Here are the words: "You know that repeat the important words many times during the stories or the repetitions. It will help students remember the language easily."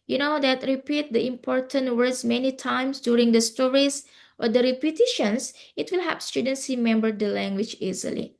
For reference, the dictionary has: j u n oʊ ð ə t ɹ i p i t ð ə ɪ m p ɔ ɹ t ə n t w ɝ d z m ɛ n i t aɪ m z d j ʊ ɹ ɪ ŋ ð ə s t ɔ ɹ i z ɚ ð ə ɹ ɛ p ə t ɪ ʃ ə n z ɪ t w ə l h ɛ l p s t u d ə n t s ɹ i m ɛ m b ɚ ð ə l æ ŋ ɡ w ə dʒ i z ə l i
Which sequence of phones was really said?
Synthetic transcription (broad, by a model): j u n oʊ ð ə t ɹ i p i t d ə ɪ m p ɔ ɹ t ə n t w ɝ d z m ɛ n i t aɪ m s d j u ɹ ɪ ŋ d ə s t ɔ ɹ i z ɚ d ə ɹ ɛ p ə t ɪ ʃ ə n s ɪ t w ə l h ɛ p s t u d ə n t s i m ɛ m b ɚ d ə l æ ŋ ɡ w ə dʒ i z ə l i